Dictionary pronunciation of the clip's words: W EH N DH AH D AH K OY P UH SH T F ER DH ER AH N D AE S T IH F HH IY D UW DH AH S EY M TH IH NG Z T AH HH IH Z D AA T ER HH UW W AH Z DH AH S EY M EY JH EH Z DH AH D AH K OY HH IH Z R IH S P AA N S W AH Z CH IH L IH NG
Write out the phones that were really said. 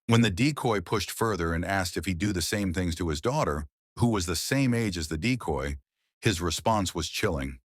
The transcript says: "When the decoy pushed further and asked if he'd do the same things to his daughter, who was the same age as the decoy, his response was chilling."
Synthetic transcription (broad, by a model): W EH N DH AH D AH K OY P UH SH T F ER DH ER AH N AE S T IH F HH IY D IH DH AH S EY M TH IH NG Z T AH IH Z D AA T ER HH UW W AH Z DH AH S EY M EY JH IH Z DH AH D AH K OY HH IH Z R IH S P AA N S W AH Z CH IH L IH NG